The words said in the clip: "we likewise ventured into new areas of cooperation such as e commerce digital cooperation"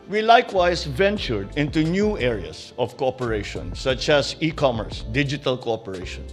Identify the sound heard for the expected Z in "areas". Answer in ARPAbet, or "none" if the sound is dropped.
S